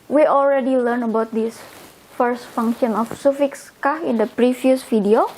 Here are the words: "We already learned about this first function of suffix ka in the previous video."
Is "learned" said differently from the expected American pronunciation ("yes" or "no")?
yes